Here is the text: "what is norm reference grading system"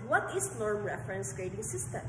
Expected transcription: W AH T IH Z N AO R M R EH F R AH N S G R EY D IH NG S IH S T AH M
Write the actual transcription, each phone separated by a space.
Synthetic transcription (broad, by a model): W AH T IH S N AO R M R EH F R AH N S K R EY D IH NG S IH S T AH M